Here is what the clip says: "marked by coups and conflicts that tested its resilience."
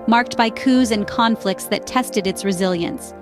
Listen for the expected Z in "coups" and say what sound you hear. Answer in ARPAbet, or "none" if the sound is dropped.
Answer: Z